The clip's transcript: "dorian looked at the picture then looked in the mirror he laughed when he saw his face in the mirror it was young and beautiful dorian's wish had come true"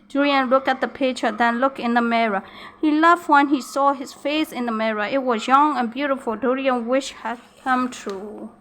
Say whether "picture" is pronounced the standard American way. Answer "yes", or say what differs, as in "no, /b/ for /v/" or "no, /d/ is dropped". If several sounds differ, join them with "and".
no, /k/ is dropped